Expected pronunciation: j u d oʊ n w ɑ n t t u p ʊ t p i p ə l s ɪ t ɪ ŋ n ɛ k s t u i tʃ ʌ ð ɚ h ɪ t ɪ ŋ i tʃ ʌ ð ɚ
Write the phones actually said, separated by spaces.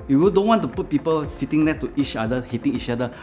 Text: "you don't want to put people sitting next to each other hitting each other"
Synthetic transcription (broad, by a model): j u d oʊ n w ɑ n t t u p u t p i p ə l s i t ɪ ŋ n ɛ s t u i tʃ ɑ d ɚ h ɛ t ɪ ŋ i tʃ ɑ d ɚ